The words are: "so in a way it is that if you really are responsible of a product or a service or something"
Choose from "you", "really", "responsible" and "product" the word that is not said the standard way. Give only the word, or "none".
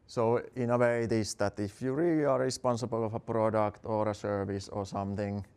really